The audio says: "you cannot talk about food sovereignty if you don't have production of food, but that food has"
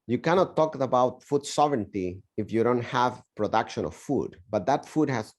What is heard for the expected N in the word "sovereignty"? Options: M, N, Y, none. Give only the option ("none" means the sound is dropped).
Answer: N